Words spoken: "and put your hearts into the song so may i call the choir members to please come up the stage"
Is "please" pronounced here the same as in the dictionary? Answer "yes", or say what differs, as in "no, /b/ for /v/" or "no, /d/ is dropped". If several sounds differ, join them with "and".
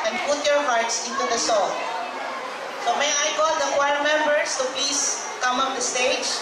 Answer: no, /l/ is dropped and /s/ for /z/